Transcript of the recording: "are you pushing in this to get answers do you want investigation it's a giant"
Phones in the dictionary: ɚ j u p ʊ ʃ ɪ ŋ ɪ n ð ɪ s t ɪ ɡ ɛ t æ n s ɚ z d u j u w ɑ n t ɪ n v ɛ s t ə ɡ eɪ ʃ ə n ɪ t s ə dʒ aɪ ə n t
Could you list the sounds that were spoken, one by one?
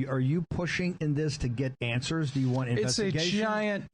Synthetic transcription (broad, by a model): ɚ j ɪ p ʊ ʃ ɪ ŋ ɪ n ð ɪ s t ɪ ɡ ɛ t æ n s ɚ z d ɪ j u w ɑ n t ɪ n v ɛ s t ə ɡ eɪ ə ɪ ə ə n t